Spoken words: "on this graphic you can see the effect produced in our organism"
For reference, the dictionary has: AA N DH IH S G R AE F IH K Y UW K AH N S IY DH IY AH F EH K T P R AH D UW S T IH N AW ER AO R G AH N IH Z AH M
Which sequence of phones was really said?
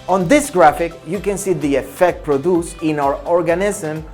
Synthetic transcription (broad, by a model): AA N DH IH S G R AE F IH K Y UW K AH N S IY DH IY AH F EH K T P R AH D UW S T IH N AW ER AO R G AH N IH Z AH M